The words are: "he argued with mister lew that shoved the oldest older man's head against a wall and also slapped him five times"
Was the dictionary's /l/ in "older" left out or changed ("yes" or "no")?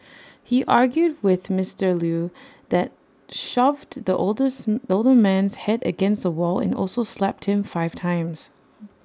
no